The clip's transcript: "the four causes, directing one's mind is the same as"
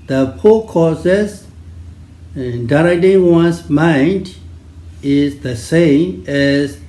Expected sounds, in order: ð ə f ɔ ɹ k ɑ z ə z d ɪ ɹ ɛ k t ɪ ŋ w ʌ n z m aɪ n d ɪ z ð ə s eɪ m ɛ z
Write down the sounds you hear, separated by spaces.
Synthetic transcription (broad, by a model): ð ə p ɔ k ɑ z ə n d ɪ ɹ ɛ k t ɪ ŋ w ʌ n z m aɪ n d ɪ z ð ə s eɪ m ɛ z